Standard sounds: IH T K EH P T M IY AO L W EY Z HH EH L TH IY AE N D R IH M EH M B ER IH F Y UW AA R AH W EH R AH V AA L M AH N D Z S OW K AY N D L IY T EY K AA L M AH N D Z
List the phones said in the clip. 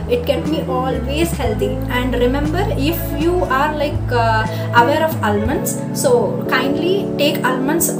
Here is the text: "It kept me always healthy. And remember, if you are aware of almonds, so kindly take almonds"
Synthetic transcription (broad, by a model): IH T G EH T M IY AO L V EY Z HH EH L T IY AE N D R IH M EH M B ER IH F Y UW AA R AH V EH R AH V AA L M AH N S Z S OW K AY N D L IY T EY K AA L M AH N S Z